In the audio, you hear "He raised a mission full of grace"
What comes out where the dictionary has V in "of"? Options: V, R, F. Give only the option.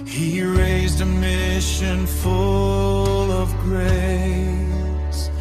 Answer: V